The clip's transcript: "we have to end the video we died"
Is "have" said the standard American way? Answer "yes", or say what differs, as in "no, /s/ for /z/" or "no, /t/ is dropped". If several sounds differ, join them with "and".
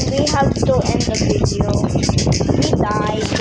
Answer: no, /p/ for /v/